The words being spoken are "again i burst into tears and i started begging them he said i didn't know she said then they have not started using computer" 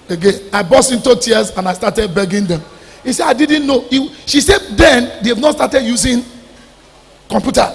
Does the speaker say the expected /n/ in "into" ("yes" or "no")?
yes